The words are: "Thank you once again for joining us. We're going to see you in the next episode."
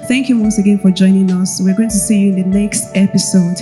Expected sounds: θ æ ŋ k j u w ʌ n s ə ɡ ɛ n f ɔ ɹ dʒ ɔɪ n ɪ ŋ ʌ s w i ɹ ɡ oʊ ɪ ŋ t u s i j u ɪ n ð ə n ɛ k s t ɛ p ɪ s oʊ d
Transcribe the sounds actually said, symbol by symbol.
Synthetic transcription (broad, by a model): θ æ ŋ k j u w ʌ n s ə ɡ ɛ n f ɔ ɹ dʒ ɔɪ n ɪ ŋ ʌ s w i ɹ ɡ oʊ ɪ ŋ t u s i j u ɪ n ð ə n ɛ k s t ɛ p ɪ s oʊ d